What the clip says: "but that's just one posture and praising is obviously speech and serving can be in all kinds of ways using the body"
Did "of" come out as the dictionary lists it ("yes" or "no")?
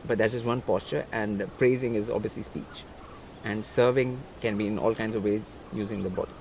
yes